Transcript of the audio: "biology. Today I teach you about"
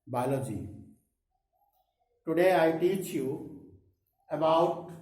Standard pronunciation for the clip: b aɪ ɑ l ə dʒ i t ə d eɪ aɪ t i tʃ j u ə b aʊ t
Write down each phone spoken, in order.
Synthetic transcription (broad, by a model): b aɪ l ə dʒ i t ə d eɪ aɪ t i tʃ j u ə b aʊ t